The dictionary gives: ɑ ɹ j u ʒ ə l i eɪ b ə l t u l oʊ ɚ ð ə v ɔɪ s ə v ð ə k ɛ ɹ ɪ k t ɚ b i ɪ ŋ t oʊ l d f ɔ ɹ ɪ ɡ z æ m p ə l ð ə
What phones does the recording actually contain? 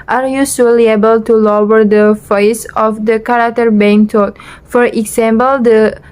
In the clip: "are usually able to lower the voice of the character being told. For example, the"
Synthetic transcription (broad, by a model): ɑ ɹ j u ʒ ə l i eɪ b ə l t u l oʊ ɚ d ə f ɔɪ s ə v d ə k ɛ ɹ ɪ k t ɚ b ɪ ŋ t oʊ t f ɔ ɹ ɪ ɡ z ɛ m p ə l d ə